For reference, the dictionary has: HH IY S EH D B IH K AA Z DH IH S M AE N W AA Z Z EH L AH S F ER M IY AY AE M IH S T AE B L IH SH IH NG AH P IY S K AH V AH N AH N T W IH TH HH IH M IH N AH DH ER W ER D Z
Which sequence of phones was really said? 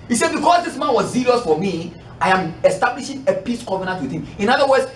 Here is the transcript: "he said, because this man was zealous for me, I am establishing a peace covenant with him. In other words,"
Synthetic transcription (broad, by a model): HH IY S EH D B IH K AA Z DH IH S M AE N W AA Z S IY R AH S F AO M IY AY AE M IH S T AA B L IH SH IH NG AH P IY S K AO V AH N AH N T W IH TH HH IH M IH N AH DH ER W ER D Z